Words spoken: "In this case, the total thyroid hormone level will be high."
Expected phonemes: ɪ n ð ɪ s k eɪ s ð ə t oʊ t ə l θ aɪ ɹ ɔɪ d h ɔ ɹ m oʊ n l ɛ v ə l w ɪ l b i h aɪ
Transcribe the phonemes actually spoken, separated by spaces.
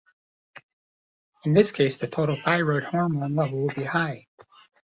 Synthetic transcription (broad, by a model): ɪ n ð ɪ s k eɪ s ð ə t oʊ t l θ aɪ ɹ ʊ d h ɔ ɹ m oʊ n l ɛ v l w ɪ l b i h aɪ